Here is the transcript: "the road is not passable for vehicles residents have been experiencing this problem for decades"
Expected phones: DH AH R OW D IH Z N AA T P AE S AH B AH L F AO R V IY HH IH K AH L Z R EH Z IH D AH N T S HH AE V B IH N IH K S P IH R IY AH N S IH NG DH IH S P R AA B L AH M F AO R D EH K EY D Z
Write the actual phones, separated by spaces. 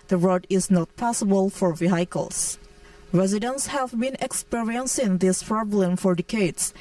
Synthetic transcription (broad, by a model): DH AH R OW D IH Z N AA T P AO S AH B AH L F AO R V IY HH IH K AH L S R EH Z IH D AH N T S HH AE V B IH N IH K S P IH R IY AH N S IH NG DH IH S P R AA B L AH M F AO R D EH K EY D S